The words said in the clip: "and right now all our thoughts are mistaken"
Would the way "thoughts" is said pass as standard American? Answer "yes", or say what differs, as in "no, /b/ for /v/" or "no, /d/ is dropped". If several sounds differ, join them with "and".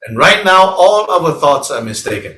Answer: yes